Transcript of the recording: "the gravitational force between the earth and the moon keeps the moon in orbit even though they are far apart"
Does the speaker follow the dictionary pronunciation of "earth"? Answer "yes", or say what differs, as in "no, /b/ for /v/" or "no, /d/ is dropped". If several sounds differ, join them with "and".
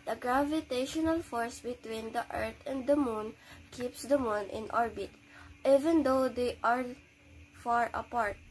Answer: no, /t/ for /θ/